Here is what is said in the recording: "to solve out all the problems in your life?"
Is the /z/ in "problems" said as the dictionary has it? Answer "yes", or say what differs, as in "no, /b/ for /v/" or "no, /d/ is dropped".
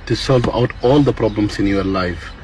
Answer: no, /s/ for /z/